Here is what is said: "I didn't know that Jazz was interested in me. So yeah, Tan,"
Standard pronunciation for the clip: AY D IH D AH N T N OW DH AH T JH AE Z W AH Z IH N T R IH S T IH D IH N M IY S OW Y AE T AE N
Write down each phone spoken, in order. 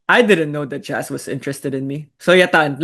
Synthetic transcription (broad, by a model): AY D IH D AH N T N OW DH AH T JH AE S W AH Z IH N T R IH S T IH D IH N M IY S OW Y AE T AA N